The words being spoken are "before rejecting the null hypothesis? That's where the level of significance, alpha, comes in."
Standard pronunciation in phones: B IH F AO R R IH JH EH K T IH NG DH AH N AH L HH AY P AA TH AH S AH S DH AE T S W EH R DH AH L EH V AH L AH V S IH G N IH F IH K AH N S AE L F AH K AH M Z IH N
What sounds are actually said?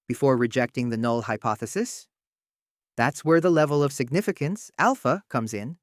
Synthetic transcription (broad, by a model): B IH F AO R R IH JH EH K T IH NG DH AH N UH L HH AY P AA TH AH S AH S DH AE T S W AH R DH AH L EH V AH L AH V S IH G N IH F IH K AH N S AE L F AH K AH M Z IH N